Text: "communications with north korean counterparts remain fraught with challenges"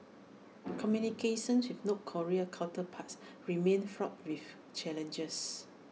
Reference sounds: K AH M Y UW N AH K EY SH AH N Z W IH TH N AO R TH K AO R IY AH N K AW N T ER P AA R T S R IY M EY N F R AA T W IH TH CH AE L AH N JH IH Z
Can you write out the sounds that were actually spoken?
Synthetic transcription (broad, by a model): K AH M Y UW N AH K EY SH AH N S W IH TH N AO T K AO R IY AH K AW L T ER P AA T S R IY M EY N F R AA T W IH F CH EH L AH N JH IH S